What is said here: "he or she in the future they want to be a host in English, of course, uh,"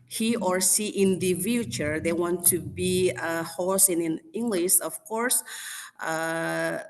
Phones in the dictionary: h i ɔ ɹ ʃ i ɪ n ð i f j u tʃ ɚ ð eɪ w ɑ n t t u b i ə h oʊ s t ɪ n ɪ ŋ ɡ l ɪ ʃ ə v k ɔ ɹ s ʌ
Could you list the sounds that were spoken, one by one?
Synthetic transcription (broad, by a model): h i ɔ ɹ s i ɪ n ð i f j u tʃ ɚ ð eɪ w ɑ n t t u b i ə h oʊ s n ɪ n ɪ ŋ ɡ l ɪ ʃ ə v k ɔ ɹ s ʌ